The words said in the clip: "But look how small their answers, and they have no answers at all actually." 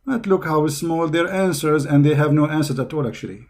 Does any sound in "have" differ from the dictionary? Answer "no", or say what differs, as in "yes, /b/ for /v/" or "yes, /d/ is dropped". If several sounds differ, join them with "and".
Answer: no